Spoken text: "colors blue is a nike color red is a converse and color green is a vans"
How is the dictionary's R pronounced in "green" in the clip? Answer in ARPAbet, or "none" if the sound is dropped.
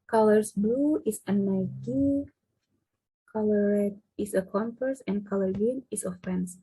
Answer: none